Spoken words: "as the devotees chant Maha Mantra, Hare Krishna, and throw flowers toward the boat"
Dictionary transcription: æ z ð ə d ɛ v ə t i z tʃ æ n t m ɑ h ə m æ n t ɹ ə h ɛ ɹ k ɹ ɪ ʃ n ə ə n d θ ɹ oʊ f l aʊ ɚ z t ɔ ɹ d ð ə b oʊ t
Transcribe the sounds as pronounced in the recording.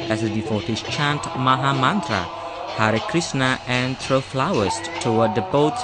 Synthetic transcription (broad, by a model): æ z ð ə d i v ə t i s tʃ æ n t m ɑ h ə m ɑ n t ɹ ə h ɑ ɹ k ɹ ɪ s n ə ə n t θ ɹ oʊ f l aʊ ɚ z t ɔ w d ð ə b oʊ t